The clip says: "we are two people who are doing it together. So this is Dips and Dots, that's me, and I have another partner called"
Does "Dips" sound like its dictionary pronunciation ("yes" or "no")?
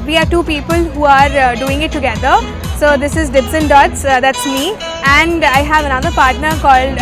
no